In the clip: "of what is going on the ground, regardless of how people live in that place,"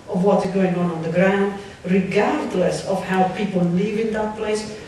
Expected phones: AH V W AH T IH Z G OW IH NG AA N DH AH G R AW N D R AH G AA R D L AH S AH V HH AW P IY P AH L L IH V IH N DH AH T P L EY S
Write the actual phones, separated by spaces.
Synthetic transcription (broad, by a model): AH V W AH T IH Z G OW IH NG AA N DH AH G R AW N D R AH G AA R D L AH S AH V HH AW P IY P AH L L IH V IH N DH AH T P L EY S